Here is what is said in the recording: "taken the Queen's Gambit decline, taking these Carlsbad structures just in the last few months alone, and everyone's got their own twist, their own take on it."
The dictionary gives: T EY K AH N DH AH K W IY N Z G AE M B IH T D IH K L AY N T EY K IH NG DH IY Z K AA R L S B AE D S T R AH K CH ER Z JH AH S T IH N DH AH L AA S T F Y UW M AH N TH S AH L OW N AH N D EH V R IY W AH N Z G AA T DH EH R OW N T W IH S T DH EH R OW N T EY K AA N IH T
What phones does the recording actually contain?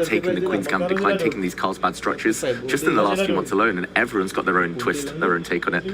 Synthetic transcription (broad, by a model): T EY K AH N DH AH K W IY N Z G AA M D IH K L AY N T EY K IH NG DH IY Z K AA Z B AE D S T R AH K CH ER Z JH AH S T IH N DH AH L AA S T F Y UW M AH N TH S AH L OW N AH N EH V R IY W AH N Z G AA T DH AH R OW N T W IH S T DH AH R OW N T EY K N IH T